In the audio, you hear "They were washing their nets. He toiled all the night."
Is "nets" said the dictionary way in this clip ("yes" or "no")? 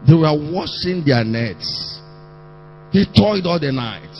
yes